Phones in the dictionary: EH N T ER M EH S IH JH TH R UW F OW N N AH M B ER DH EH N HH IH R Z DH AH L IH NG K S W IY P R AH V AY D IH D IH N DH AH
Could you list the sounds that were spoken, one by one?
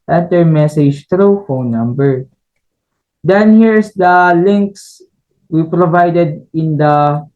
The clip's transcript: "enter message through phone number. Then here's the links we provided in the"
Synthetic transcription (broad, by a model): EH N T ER M EH S IH JH T R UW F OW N N AH M B ER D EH N HH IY R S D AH L IH NG K S W IY P R AH V AY D IH D IH N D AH